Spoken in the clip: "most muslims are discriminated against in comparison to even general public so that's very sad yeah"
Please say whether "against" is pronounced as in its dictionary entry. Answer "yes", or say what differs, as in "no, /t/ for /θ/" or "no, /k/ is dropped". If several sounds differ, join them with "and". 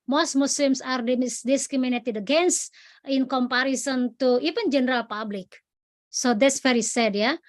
no, /t/ is dropped